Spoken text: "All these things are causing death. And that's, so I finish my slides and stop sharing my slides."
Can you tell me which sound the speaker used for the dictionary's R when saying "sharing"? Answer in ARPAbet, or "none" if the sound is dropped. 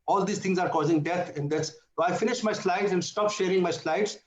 R